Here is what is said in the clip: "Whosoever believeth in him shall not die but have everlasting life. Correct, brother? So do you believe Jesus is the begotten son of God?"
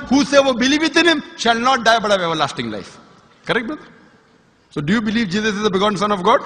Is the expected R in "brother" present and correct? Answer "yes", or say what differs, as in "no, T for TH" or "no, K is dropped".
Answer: no, R is dropped